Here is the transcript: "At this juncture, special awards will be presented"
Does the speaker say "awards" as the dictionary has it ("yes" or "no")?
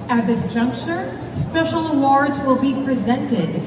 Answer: yes